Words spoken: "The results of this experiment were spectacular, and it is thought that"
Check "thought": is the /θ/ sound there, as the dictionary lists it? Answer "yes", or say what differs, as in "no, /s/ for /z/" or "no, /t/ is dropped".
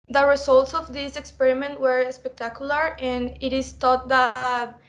no, /t/ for /θ/